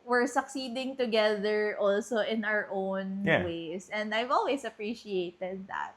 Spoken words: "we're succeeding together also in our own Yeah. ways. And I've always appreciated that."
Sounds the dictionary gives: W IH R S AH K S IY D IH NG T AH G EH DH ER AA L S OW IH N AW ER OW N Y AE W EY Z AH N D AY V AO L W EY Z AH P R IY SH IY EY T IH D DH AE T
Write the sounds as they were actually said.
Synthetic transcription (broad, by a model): W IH R S AH K S IY D IH NG T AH G EH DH ER AA L S OW IH N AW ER OW N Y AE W EY S AH N D AY V AO L W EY S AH P R IY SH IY EY T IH D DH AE T